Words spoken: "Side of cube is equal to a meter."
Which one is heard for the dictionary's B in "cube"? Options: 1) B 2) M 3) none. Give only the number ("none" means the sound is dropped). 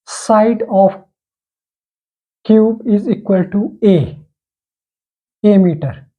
1